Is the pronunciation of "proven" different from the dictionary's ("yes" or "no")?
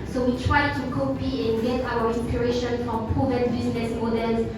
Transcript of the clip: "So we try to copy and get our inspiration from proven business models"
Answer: yes